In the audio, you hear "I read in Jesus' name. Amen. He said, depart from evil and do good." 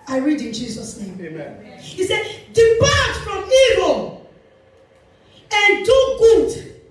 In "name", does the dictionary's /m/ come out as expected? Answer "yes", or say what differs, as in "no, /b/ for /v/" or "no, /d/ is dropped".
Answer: no, /m/ is dropped